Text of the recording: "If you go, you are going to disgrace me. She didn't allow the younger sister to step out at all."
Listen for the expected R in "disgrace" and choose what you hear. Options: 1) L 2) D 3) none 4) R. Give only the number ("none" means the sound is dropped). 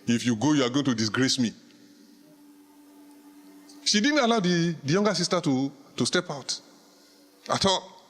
4